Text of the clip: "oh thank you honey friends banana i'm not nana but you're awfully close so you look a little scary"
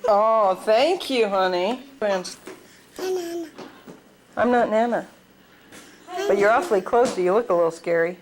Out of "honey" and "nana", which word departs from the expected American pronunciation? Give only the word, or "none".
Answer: none